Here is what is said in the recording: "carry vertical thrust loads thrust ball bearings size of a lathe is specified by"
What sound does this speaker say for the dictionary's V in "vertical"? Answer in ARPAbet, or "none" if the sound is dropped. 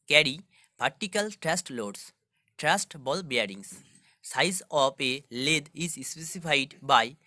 P